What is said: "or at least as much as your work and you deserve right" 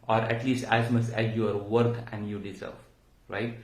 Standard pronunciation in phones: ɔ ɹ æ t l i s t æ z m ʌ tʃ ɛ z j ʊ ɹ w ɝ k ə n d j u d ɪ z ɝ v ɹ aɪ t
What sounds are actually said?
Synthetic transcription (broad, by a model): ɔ ɹ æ t l i s t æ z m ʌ s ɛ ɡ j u ɹ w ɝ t ə n d j u d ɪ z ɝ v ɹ aɪ t